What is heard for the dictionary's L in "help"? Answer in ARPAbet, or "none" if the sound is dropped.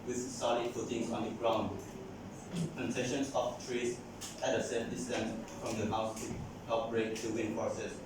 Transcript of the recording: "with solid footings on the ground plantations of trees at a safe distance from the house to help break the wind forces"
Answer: none